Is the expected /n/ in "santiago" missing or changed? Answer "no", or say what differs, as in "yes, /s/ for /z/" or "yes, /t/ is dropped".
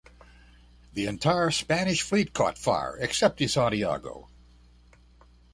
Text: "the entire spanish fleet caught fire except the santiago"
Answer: yes, /n/ is dropped